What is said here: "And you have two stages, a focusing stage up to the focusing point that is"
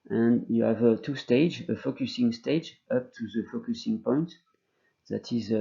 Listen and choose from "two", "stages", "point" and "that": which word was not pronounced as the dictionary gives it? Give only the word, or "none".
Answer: stages